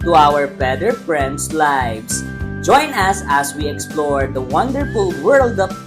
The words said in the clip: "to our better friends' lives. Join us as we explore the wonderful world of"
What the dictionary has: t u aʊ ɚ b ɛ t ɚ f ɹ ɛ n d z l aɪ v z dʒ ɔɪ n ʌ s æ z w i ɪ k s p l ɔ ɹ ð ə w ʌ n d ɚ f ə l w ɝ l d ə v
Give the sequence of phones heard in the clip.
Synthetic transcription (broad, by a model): t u aʊ ɚ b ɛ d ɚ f ɹ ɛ n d s l aɪ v s dʒ ɔɪ n ʌ s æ s w i ɪ k s p l ɔ ɹ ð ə w ʌ n d ɚ f ə l w ɝ l d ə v